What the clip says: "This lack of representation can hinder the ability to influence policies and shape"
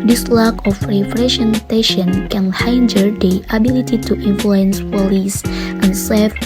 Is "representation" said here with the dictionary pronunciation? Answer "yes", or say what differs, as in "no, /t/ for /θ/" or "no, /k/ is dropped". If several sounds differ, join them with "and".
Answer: no, /f/ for /p/